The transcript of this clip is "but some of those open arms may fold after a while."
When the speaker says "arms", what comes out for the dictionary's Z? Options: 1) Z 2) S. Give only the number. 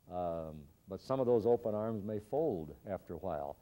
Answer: 1